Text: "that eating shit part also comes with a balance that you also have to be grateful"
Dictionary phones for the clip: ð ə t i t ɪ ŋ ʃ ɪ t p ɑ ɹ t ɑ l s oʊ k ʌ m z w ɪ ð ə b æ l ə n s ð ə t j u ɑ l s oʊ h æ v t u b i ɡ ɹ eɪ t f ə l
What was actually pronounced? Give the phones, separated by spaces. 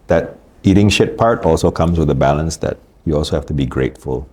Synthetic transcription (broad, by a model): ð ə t i t ɪ ŋ ʃ ɪ t p ɑ ɹ t ɑ l s oʊ k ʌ m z w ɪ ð ə b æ l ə n s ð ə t j u ɑ l s oʊ h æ f t u b i ɡ ɹ eɪ t f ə l